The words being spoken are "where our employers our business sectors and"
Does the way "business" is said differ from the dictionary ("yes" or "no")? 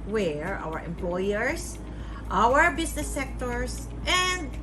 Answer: yes